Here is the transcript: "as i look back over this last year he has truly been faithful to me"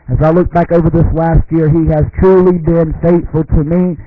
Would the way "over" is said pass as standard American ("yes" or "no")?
yes